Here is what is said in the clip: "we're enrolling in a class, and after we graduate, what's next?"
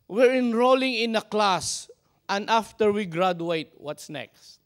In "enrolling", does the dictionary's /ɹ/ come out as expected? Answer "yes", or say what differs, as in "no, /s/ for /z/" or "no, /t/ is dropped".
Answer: yes